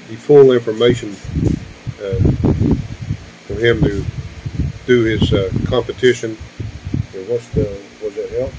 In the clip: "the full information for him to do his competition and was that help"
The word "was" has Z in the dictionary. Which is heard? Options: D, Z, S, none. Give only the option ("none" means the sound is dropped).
Z